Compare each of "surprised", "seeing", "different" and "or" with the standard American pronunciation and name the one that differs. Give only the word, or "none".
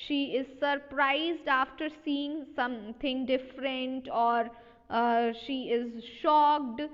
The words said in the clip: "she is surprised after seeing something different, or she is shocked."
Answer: none